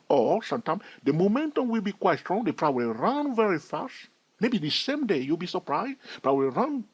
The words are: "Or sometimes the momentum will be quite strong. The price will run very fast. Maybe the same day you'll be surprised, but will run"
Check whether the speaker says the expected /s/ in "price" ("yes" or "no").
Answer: no